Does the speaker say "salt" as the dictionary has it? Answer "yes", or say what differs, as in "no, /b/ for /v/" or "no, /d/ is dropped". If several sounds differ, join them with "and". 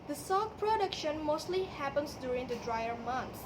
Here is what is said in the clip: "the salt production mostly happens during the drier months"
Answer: no, /l/ is dropped